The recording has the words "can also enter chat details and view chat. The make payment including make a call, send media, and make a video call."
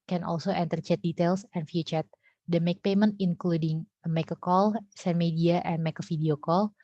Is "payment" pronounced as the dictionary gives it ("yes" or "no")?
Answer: yes